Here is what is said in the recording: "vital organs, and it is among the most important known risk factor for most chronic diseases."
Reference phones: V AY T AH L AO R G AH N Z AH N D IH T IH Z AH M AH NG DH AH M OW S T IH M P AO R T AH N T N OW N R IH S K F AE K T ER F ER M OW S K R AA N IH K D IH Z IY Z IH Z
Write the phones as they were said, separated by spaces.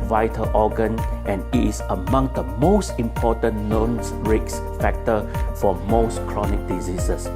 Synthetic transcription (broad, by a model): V AY T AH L AO G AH N AH N IH T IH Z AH M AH NG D AH M OW S T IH M P AO T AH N N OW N R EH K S F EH K T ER F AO M OW S K R AA N IH K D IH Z IY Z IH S